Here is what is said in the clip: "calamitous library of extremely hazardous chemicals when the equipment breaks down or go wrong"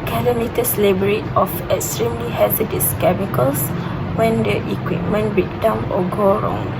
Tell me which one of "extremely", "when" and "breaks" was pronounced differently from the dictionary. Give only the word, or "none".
breaks